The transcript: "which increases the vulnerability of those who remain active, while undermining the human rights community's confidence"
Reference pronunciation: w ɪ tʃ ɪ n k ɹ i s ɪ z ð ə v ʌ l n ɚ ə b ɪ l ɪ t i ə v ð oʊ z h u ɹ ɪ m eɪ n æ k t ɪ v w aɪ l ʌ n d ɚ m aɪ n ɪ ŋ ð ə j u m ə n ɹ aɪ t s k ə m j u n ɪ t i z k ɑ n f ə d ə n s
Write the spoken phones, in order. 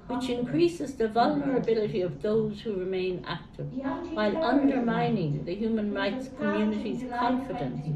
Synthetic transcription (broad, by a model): w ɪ tʃ ɪ n k ɹ i s ɪ z ð ə v ʌ l n ɚ ə b ɪ l ɪ t i ə v ð oʊ z h u ɹ ɪ m eɪ n æ k t ɪ v w aɪ l ʌ n d ɚ m aɪ n ɪ ŋ ð ə j u m ə n ɹ aɪ t s k ə m j u n ɪ t i z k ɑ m f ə d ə n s